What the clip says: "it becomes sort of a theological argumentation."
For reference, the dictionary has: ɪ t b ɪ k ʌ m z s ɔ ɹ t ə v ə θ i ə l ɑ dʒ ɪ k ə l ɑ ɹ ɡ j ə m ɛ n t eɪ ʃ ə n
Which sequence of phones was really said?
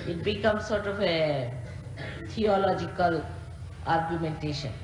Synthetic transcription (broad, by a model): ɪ t b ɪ k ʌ m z s ɔ ɹ t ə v ə t i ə l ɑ dʒ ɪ k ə l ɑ ɹ ɡ j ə m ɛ n t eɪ ʃ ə n